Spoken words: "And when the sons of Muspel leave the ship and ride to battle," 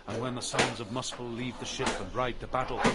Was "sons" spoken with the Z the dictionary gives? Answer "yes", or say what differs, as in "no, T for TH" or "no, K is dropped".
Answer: yes